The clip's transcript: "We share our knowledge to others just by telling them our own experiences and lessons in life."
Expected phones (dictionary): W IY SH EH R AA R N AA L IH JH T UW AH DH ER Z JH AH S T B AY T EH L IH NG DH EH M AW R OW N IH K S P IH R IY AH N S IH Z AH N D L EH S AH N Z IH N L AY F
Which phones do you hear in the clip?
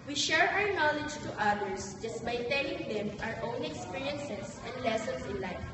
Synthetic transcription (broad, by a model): W IY SH EH R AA W N AA L IH JH T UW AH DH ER S JH AH S T B AY T EH L IH NG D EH M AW R OW N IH K S P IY R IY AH N S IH S AH N D L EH S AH N S IH N L AY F